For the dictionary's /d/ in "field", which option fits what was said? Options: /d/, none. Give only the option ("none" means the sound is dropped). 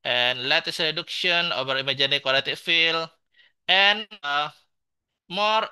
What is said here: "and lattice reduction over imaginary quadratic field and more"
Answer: none